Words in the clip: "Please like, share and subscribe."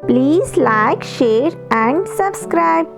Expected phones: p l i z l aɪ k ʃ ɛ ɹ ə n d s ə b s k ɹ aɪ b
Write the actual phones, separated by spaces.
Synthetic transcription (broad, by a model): p l i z l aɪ k ʃ ɛ ɹ ə n d s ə b s k ɹ aɪ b